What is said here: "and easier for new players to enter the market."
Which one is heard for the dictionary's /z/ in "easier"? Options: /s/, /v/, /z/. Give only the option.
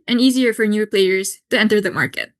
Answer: /z/